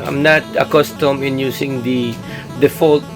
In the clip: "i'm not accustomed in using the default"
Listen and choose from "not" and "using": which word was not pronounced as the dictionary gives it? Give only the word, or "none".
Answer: using